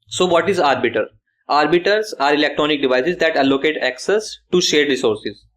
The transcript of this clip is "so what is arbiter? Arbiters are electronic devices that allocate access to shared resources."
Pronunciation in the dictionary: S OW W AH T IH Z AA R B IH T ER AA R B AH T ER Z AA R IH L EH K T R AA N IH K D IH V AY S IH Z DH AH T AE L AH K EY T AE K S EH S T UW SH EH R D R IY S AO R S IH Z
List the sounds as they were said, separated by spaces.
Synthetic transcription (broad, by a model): S OW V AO T IH Z AA R B IH T ER AA R B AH T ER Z AA R IH L EH K T R AA N IH K D IH V AY S IH Z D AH T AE L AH K EY T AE K S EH S T UW SH EH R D R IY S AO R S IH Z